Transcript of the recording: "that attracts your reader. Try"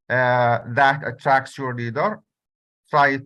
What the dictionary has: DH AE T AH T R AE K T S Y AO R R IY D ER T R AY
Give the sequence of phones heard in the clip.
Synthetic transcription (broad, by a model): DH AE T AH T R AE K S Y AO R L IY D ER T R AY